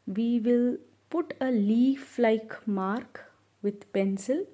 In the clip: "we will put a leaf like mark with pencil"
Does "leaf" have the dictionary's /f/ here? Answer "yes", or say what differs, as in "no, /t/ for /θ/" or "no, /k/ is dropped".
yes